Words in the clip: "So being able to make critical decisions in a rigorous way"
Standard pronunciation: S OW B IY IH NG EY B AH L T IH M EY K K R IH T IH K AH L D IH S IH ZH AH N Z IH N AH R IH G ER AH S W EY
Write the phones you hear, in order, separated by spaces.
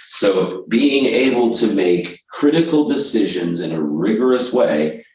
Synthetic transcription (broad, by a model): S OW B IY IH NG EY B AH L T IH M EY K K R IH T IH K L D IH S IH ZH AH N Z IH N AH R IH G ER AH S W EY